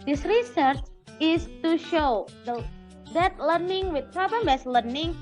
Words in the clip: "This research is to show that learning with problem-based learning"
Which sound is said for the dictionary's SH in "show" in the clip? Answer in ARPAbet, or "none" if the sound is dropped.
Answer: SH